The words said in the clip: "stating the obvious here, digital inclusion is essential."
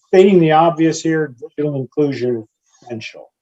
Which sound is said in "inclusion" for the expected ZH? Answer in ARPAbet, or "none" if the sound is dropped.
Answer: ZH